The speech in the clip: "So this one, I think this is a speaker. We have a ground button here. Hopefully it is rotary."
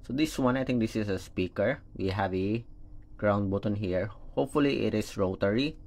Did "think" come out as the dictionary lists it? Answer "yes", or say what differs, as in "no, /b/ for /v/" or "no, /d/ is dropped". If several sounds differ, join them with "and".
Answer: no, /t/ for /θ/